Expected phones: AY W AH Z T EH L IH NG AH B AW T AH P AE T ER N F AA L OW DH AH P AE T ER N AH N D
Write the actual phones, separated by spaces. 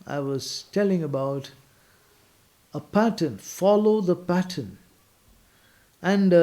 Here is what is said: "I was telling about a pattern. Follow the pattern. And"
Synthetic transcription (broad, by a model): AY W AH Z T EH L IH NG AH B AW T AH P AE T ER N F AA L OW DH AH P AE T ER N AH N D